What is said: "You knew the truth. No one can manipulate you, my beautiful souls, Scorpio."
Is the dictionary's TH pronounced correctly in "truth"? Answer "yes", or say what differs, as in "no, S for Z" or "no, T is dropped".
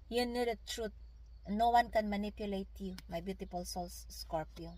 no, T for TH